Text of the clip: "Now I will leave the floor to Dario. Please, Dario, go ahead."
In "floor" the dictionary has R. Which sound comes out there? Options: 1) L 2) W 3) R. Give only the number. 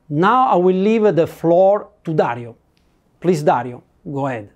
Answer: 3